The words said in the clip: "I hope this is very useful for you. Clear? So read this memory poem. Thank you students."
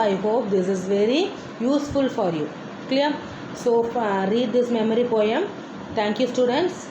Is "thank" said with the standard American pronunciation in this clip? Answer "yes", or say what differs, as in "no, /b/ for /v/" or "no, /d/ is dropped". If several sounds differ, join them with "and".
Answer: no, /t/ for /θ/